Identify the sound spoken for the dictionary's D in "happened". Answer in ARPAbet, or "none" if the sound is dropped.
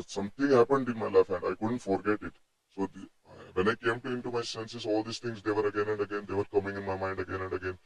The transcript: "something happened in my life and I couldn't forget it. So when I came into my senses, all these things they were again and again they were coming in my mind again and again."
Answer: D